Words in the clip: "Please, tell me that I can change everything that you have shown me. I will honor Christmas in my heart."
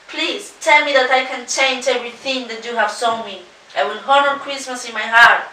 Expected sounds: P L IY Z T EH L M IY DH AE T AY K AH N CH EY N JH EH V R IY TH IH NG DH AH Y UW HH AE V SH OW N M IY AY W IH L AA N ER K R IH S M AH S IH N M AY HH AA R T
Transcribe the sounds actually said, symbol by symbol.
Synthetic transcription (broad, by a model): P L IY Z T EH L M IY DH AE T AY K AH N CH EY N JH EH V R IY TH IH NG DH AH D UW HH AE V S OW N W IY AY W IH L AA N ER K R IH S M AH S IH N M AY HH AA R T